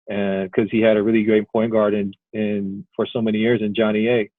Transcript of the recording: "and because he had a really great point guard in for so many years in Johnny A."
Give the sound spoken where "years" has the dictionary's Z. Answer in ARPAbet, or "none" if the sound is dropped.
Z